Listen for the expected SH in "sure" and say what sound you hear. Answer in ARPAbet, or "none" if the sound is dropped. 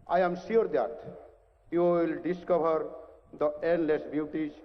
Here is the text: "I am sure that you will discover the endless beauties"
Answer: S